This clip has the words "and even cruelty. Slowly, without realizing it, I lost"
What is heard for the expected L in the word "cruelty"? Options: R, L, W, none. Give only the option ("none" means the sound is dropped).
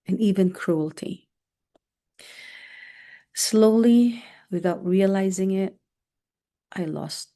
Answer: L